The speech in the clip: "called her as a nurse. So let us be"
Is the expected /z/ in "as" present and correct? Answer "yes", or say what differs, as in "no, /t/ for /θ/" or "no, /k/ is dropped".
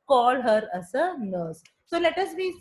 no, /s/ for /z/